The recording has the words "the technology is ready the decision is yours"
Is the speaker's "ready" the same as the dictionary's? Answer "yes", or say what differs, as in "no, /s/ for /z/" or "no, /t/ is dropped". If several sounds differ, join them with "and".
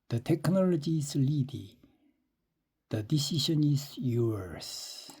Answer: no, /l/ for /ɹ/